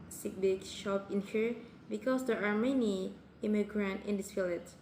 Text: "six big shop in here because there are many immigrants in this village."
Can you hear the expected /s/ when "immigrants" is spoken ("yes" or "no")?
no